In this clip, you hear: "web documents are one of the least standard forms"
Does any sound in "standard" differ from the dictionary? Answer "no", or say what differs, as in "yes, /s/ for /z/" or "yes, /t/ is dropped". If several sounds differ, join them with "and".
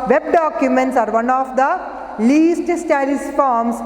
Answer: yes, /n/ is dropped